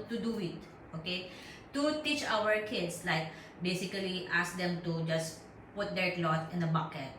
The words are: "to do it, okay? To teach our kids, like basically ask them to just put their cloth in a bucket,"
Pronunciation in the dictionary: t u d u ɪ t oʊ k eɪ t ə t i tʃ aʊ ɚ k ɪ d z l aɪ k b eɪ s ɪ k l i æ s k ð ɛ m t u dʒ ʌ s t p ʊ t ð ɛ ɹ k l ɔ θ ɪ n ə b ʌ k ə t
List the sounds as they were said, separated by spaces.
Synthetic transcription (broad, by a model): t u d u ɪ t oʊ k eɪ t ə t i tʃ aʊ ɚ k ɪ d s l aɪ k b eɪ s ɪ k l i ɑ s k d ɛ m t u dʒ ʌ s p ʊ t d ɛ ɹ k l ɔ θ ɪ n ə b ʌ k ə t